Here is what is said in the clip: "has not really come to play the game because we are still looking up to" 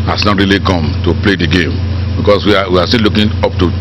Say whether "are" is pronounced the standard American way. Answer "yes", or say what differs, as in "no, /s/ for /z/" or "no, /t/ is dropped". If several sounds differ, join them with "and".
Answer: no, /w/ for /ɹ/